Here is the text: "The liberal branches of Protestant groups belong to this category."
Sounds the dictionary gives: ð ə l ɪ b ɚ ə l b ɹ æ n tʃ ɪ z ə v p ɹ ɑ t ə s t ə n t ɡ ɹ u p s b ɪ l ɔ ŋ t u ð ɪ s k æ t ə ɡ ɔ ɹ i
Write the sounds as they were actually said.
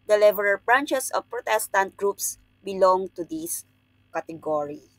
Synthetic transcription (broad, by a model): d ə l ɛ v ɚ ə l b ɹ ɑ n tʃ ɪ s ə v p ɹ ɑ t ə s t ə n t ɡ ɹ u p s b ɪ l ɔ ŋ t u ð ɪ s k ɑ t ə ɡ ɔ ɹ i